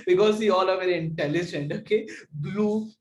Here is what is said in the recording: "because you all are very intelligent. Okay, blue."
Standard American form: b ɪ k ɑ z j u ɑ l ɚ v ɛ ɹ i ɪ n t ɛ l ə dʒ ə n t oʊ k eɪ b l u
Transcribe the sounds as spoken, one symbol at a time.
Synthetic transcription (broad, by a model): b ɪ k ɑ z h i ɑ l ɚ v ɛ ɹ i ɪ n t ɛ l ə dʒ ə n t oʊ k eɪ b l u